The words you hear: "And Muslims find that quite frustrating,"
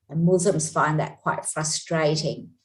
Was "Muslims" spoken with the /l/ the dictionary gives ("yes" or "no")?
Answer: no